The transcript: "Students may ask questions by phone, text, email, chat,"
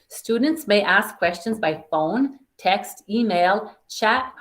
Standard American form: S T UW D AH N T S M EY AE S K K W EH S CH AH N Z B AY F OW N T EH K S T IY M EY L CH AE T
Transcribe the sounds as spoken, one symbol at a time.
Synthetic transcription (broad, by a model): S T UW D N T S M EY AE S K K W EH S CH AH N Z B AY F OW N T EH K S T IY M EY L CH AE T